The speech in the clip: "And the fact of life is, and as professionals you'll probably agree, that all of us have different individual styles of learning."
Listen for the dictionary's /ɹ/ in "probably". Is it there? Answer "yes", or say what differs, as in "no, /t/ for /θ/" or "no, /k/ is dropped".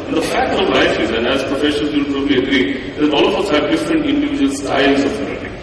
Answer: yes